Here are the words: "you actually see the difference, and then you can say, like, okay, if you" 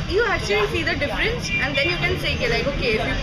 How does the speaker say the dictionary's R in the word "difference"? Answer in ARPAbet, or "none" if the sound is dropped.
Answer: R